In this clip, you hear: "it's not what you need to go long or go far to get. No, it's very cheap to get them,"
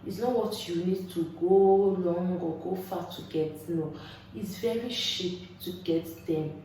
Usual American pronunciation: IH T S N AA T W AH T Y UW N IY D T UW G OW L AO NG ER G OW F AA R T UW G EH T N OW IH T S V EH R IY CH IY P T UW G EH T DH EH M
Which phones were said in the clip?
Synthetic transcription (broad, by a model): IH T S N AA T W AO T Y UW N IY D T UW G OW L AO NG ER G OW F AA T UW G EH T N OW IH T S V EH R IY SH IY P T UW G EH T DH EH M